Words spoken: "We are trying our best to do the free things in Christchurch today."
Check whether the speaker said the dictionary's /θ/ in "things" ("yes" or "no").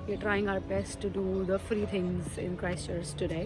no